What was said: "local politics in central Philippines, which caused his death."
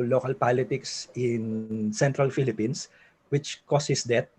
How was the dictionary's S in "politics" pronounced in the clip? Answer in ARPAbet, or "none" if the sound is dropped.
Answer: S